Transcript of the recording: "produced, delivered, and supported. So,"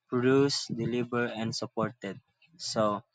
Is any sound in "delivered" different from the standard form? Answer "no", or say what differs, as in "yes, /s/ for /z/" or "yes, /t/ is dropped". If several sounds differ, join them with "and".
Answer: yes, /b/ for /v/